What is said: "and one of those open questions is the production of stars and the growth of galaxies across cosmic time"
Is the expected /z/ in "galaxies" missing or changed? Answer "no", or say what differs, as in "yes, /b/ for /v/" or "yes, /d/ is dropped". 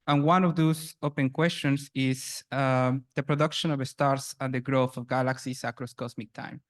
yes, /s/ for /z/